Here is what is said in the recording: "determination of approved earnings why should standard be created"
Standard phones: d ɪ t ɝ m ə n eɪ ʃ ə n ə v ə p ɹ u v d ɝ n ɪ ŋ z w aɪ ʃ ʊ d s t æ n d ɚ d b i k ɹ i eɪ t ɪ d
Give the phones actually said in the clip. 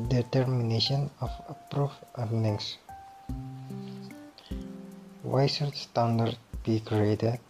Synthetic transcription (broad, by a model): d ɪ t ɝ m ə n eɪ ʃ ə n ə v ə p ɹ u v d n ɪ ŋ s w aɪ s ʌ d s t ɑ n d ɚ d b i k ɹ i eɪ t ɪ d